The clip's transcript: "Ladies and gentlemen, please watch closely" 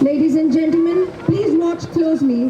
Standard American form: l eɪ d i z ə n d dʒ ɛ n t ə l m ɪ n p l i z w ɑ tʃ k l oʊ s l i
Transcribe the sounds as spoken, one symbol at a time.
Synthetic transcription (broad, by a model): l eɪ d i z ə n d dʒ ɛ n t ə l m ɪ n p l i z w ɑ tʃ k l oʊ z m i